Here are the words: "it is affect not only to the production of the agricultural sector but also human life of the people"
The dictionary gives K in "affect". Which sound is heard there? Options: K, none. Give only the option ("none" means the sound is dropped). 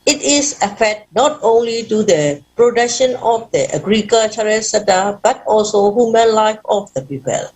none